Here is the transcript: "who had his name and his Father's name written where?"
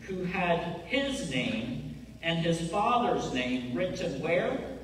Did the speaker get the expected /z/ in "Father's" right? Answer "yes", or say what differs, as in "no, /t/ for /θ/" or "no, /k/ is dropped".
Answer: yes